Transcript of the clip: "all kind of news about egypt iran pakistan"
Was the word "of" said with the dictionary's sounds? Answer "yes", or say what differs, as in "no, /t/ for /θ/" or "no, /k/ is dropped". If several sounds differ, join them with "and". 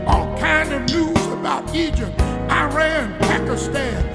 yes